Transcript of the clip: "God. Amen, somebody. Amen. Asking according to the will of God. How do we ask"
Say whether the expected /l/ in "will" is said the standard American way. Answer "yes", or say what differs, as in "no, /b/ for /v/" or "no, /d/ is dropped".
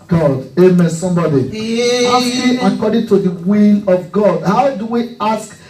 no, /n/ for /l/